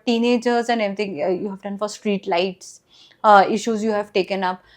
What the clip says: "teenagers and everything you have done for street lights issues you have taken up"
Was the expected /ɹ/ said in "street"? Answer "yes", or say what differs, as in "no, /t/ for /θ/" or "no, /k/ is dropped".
yes